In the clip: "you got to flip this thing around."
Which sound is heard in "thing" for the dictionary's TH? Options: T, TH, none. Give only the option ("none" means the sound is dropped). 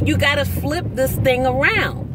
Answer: TH